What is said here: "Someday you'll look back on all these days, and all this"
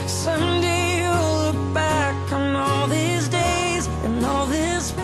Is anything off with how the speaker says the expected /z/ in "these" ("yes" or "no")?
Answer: no